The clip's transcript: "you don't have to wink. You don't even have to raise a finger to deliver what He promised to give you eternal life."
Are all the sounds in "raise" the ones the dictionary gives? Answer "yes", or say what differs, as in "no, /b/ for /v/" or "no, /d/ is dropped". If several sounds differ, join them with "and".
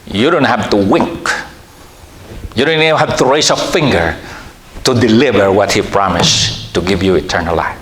no, /s/ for /z/